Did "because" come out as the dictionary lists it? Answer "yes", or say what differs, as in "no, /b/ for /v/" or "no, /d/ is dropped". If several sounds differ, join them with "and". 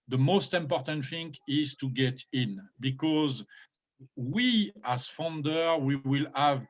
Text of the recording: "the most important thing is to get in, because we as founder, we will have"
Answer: yes